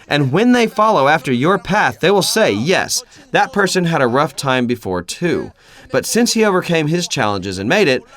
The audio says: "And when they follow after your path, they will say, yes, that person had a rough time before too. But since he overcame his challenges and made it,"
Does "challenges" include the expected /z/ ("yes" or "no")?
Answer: yes